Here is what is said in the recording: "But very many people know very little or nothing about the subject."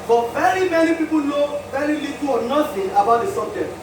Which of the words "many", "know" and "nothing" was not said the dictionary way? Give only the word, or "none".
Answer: nothing